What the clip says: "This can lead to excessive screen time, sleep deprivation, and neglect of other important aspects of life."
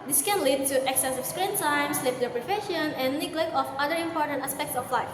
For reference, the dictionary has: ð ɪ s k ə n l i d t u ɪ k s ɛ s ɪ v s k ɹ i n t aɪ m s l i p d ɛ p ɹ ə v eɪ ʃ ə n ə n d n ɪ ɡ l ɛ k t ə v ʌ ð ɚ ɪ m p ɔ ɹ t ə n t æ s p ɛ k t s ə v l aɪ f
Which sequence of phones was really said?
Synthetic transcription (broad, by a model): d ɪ s k ə n l i d t u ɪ k s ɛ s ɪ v s k ɹ i n t aɪ m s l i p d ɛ p ɹ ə f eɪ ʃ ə n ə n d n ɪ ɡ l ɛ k ə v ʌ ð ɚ ɪ m p ɔ ɹ t ə n t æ s p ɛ k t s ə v l aɪ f